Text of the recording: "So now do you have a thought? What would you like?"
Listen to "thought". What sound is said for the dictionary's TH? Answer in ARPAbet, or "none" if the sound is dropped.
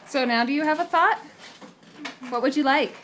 TH